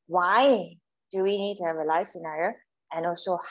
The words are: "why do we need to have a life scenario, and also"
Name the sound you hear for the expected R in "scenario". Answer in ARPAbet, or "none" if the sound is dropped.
none